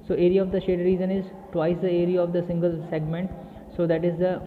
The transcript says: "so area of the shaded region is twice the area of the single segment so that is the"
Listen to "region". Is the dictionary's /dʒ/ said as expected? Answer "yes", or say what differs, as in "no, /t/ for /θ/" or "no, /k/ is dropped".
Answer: no, /z/ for /dʒ/